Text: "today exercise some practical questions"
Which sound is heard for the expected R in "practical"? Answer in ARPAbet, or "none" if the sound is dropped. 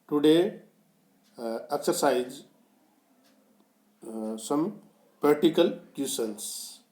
none